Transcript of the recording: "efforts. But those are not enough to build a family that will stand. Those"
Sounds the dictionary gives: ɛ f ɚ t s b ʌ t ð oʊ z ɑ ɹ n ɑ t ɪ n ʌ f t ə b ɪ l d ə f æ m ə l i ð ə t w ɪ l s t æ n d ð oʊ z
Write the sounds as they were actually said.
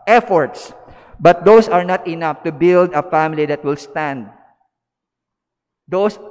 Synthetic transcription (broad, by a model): ɛ f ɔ t s b ʌ t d oʊ s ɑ ɹ n ɑ t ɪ n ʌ f t ə b ɪ l d ə f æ m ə l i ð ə t w ɪ l s t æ n d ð oʊ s